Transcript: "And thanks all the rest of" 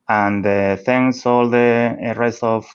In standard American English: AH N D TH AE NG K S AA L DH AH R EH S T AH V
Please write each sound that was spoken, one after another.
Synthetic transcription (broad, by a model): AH N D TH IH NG S AA L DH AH R EH S T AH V